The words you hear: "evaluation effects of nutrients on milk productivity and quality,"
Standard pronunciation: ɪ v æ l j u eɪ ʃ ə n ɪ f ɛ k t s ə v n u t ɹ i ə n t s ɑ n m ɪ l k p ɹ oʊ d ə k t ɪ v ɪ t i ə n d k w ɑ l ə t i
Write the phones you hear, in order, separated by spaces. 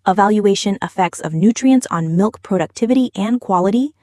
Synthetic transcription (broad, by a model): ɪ v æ l j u eɪ ʃ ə n ɪ f ɛ k t s ə v n u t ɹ i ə n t s n m ɪ l k p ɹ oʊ d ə k t ɪ v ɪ t i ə n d k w ɑ l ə t i